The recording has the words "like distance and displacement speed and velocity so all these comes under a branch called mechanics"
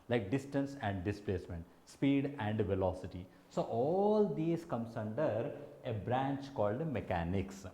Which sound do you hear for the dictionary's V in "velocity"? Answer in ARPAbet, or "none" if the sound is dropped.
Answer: V